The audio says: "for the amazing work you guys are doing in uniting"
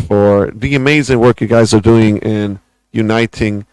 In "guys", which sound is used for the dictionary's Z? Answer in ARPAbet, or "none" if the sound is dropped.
Z